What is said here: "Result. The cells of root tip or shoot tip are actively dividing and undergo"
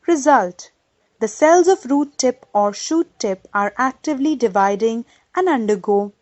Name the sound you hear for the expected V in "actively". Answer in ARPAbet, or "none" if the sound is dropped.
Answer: V